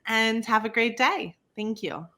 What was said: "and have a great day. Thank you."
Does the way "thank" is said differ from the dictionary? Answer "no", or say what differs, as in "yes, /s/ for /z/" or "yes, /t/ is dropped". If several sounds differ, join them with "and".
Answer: no